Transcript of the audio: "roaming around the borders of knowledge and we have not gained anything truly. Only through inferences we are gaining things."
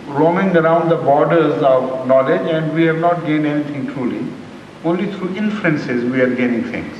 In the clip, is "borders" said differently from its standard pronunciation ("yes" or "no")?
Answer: no